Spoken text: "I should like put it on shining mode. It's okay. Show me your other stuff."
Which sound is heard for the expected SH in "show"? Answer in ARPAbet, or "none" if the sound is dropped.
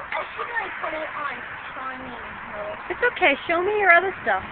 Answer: SH